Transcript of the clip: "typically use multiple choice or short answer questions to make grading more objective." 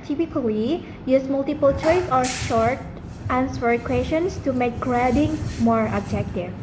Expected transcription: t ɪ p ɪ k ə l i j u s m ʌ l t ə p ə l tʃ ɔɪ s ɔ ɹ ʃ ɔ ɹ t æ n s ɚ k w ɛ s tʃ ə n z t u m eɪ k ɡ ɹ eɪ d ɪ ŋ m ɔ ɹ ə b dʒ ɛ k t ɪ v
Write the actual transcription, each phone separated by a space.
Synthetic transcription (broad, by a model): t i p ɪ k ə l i j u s m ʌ l t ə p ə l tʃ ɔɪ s ɔ ɹ ʃ ɔ ɹ t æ n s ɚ k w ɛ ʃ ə n s t u m eɪ k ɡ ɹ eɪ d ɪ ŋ m ɔ ɹ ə b dʒ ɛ k t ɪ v